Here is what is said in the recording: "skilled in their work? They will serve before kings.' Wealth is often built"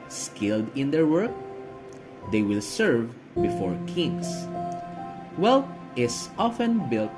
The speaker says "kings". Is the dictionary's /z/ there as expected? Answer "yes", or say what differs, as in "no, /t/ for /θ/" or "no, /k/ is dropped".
no, /s/ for /z/